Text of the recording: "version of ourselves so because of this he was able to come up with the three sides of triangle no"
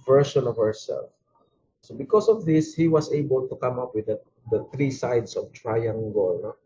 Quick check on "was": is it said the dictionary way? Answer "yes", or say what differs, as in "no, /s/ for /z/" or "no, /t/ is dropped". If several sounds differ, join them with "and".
no, /s/ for /z/